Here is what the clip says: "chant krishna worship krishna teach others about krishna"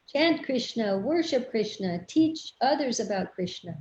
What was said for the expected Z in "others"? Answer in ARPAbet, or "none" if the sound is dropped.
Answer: Z